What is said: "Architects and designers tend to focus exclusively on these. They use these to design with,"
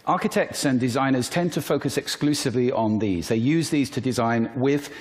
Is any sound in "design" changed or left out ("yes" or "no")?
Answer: no